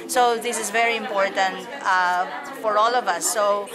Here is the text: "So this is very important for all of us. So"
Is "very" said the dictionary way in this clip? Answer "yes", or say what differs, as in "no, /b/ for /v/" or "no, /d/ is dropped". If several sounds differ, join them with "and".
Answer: yes